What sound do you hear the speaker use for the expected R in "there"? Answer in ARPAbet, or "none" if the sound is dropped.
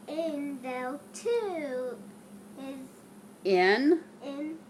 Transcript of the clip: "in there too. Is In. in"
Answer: L